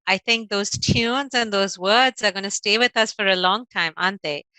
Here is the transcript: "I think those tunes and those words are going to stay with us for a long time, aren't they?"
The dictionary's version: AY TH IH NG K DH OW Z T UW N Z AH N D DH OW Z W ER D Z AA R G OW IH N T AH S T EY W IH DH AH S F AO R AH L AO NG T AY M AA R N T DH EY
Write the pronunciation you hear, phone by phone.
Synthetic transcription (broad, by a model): AY T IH NG K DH OW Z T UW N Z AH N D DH OW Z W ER D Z AA R G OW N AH S T EY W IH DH AH S F AO R AH L AO NG T AY M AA N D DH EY